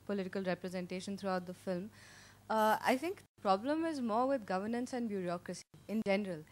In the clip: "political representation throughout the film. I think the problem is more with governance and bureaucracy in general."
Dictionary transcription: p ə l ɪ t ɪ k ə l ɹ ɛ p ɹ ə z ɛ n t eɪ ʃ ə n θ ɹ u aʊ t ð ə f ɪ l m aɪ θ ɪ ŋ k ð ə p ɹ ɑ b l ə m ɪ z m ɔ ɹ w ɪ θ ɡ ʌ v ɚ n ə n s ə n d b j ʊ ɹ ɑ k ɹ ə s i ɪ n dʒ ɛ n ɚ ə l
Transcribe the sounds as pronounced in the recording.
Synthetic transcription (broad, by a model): p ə l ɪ t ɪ k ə l ɹ ɛ p ɹ ə z ɛ n t eɪ ʃ ə n t ɹ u aʊ t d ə f ɪ l m aɪ t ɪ ŋ k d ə p ɹ ɑ b l ə m ɪ z m ɔ ɹ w ɪ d ɡ ʌ v ɚ n ə n s ə n d b j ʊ ɹ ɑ k ɹ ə s i ɪ n dʒ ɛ n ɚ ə l